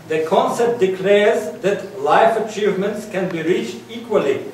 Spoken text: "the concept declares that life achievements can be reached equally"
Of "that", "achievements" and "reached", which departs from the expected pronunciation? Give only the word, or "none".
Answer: none